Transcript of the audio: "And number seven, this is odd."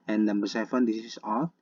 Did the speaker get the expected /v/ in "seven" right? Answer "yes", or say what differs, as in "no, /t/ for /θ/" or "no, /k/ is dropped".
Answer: no, /f/ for /v/